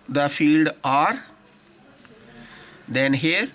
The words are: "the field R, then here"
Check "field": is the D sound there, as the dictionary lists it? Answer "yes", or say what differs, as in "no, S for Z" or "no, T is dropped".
yes